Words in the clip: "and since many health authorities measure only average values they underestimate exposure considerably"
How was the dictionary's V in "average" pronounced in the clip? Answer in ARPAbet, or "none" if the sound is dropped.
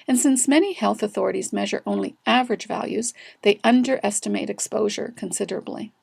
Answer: V